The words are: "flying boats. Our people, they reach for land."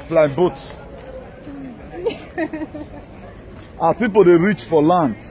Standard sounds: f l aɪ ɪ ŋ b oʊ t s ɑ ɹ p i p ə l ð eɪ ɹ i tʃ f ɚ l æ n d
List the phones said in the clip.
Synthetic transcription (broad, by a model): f l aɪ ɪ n b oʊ t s ɑ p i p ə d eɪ ɹ i tʃ f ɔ l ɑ n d